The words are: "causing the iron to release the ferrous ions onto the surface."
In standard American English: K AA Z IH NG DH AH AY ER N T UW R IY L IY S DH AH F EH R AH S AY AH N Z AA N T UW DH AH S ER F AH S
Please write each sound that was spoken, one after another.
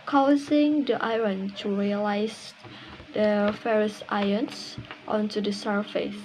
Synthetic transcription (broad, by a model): K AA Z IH NG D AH AY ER N T UW R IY L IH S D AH F EH R AH S AY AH N S AA N T UW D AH S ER F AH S